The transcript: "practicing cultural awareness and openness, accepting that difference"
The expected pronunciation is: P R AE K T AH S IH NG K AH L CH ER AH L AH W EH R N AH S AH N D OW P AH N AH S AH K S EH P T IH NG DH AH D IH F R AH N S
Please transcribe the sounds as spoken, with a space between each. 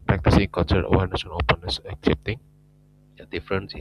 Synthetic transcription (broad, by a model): P R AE K T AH S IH NG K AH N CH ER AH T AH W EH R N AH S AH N OW P AH N AH S AH K S EH P T IH NG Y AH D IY F R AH N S